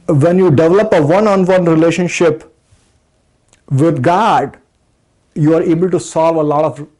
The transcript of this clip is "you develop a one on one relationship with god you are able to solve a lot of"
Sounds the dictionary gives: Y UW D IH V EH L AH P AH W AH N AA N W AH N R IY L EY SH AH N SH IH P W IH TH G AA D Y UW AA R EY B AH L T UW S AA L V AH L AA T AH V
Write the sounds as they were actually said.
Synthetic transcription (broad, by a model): Y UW D IH V EH L AH P AH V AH N AA N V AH N R IY L EY SH AH N SH IH P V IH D G AA D Y UW AA R EY B AH L T UW S AA L V AH L AA T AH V